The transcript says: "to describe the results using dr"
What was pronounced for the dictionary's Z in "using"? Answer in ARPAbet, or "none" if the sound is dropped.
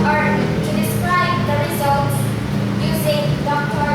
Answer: Z